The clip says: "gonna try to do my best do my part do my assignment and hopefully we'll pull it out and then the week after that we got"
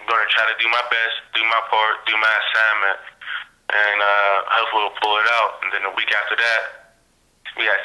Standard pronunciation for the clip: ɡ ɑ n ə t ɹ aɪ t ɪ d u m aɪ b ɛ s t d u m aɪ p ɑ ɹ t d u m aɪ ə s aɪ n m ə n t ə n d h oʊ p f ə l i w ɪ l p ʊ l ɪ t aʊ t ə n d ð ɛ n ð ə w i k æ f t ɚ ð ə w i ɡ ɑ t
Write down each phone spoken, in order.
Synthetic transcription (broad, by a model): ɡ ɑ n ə t ɹ aɪ t ɪ d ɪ m aɪ b ɛ s t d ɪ m aɪ p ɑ ɹ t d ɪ m aɪ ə s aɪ m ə n t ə n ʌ h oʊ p f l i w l p ʊ l ɪ t aʊ t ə n ð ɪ n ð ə w i k æ f t ɚ ð ə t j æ